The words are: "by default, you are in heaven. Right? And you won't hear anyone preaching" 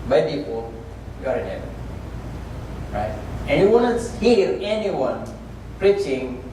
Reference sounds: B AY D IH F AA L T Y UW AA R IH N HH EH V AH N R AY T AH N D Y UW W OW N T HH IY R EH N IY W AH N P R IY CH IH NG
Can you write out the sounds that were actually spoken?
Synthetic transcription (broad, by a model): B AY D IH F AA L Y UW AA R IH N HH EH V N R AY T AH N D Y UW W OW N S HH IY R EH N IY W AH N P R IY CH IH NG